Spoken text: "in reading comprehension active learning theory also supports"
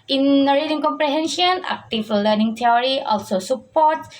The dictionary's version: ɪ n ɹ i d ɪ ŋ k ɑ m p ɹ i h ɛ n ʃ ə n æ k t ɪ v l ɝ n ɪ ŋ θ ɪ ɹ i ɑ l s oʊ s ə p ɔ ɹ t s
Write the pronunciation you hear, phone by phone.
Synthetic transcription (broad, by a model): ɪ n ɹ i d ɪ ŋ k ɑ m p ɹ i h ɛ n ʃ ə n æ k t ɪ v l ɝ n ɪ ŋ t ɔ ɹ i ɑ l s oʊ s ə p ɔ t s